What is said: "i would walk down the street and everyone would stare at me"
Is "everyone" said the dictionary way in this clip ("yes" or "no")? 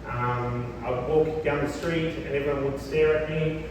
no